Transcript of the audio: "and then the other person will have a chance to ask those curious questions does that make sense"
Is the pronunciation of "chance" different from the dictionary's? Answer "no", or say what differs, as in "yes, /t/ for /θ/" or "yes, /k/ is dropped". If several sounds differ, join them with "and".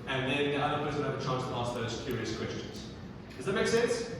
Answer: yes, /n/ is dropped